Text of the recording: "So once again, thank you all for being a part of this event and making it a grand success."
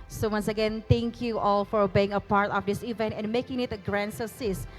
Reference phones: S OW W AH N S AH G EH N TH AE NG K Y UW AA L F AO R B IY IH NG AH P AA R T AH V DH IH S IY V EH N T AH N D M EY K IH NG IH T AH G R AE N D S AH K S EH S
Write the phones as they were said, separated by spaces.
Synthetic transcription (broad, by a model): S OW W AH N S AH G EH N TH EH NG K Y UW AA L F AO R B IY IH NG AH P AA R T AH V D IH S IY V EH N T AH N M EY K IH NG IH T AH G R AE N S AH S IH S